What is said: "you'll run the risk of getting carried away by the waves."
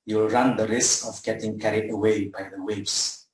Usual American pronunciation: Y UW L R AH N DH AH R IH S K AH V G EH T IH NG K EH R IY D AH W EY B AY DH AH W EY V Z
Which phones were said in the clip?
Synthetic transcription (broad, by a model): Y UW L R AH N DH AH R IH S K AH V G EH T IH NG K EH R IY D AH W EY B AY DH AH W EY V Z